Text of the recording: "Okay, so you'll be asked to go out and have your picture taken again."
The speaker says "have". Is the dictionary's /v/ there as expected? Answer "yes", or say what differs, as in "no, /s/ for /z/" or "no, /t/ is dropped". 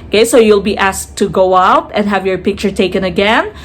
yes